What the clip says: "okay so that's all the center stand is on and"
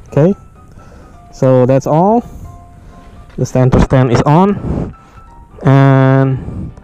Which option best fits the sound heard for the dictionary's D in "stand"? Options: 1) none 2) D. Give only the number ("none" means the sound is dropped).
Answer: 1